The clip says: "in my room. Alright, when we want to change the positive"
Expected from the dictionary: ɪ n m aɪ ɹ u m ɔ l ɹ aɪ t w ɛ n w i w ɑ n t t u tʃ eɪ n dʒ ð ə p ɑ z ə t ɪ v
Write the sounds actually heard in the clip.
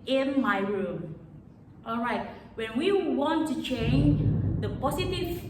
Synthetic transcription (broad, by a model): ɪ n m aɪ ɹ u m ɔ l ɹ aɪ t w ɛ n w i w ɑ n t t u tʃ eɪ n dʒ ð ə p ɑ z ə t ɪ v